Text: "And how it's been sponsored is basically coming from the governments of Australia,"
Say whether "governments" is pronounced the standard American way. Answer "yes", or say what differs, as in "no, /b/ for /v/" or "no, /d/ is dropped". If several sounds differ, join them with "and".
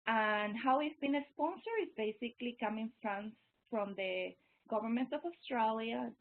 no, /s/ is dropped